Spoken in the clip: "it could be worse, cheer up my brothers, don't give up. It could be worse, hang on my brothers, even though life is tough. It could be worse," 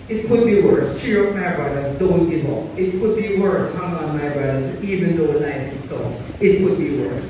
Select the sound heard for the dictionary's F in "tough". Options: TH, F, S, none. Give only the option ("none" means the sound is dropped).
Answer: none